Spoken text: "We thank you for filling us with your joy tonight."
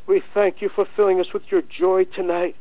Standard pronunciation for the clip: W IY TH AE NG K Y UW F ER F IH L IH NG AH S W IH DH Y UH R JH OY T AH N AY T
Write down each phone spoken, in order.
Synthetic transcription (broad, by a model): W IY TH AE NG K Y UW F ER F IH L IH NG AH S W IH DH Y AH R JH OY T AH N AY T